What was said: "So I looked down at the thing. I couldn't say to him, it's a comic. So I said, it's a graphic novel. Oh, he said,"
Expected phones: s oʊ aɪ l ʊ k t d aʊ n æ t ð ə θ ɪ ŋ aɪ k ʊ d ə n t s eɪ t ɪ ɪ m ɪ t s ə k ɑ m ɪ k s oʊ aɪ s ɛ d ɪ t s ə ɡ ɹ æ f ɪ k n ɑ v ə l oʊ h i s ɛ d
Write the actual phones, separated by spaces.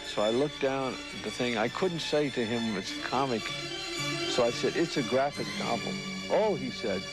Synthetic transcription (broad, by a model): s oʊ aɪ l ʊ k d aʊ n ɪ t ð ə θ ɪ ŋ aɪ k ʊ d n t s eɪ t ɪ ɪ m ɪ t s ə k ɑ m ɪ k s oʊ aɪ s ɛ d ɪ t s ə ɡ ɹ æ f ɪ k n ɑ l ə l oʊ i s ɛ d